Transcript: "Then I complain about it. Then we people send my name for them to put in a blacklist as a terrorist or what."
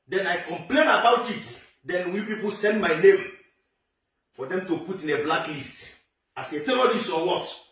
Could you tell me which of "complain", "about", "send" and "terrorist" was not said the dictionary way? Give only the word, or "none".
terrorist